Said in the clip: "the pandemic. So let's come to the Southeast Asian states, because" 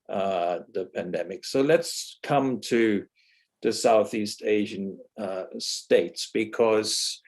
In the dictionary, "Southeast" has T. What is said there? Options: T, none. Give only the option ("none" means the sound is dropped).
T